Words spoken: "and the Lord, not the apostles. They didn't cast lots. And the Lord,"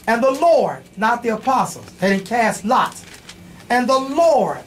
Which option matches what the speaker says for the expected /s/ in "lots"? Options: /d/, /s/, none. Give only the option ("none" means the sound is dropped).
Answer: none